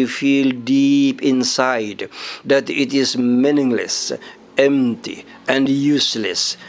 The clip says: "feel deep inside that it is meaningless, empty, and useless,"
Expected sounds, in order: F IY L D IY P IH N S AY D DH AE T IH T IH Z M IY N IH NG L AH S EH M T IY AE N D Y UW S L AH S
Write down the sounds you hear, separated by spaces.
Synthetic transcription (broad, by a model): F IY L D IY P IH N S AY D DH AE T IH T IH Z M IY N IH NG L AH S EH M T IY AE N D Y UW S L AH S